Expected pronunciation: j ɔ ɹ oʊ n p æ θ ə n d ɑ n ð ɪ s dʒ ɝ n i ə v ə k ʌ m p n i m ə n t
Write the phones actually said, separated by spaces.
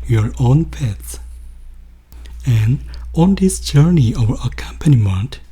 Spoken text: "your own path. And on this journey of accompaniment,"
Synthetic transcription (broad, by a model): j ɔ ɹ oʊ n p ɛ s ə n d ɑ n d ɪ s dʒ ɝ n i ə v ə k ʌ m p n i m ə n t